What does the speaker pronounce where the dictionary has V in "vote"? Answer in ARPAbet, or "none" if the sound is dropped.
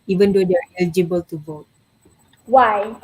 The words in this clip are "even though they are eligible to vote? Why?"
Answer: V